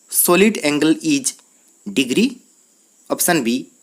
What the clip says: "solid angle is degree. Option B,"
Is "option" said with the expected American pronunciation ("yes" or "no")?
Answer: no